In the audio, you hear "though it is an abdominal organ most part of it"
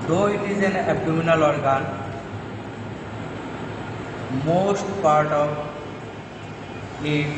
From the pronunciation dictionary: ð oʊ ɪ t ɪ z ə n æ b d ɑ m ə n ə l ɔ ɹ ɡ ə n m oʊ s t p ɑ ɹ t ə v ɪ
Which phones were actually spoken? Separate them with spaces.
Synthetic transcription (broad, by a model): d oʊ ɪ t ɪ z ə n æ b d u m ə n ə l ɔ ɹ ɡ ə n m oʊ s t p ɑ ɹ t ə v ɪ